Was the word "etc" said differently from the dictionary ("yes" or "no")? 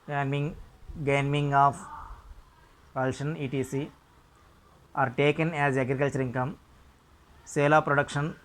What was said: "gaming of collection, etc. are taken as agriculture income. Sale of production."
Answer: yes